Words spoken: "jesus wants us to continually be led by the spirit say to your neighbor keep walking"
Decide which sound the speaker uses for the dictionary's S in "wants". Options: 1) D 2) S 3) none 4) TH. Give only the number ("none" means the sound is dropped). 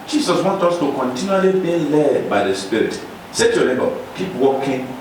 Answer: 3